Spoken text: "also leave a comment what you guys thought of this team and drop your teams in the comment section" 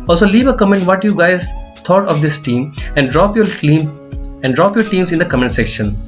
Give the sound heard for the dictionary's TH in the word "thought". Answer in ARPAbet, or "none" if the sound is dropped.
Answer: T